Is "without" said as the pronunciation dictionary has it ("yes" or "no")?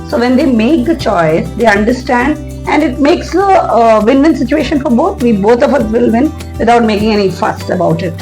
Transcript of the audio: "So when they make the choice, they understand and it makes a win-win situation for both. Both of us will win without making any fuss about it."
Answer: no